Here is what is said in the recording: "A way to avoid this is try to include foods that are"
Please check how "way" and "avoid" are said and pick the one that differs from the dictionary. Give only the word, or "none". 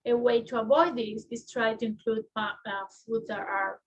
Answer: avoid